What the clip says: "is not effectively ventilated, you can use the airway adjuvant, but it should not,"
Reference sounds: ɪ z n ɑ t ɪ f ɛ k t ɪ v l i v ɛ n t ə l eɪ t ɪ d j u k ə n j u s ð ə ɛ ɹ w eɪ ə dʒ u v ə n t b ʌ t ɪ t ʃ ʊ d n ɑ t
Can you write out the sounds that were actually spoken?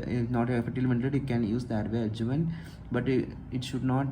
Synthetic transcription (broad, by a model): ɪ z n ɑ t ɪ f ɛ t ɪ l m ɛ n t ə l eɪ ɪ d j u k ə n j u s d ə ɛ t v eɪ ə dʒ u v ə n b ʌ t ɪ t ʃ ʊ d n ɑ t